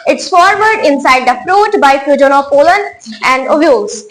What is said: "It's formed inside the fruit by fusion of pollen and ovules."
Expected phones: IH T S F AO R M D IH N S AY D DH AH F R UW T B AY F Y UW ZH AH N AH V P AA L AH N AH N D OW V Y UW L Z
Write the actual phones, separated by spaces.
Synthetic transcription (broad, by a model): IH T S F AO R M D IH N S AY D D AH F R UW T B AY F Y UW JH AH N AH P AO L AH N AH N D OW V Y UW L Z